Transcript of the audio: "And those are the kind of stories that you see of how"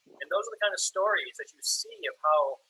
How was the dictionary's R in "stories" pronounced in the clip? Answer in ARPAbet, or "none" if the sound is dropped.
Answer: R